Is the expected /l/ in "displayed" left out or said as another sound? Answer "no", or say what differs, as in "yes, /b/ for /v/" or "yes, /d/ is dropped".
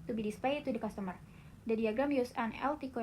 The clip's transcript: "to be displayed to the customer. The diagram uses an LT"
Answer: yes, /l/ is dropped